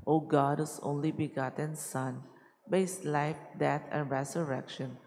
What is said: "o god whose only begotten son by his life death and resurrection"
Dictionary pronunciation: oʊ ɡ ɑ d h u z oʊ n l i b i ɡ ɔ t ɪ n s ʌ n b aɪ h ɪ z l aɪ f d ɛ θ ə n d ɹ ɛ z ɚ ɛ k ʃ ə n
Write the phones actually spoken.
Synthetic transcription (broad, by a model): oʊ ɡ ɑ d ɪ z oʊ n l i b i ɡ ɔ t ɪ n s ʌ n b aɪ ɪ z l aɪ f d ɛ t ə n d ɹ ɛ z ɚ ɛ k ʃ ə n